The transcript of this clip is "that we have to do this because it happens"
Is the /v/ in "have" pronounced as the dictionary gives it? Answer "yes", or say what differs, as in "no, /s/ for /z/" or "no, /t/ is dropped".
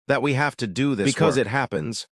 no, /f/ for /v/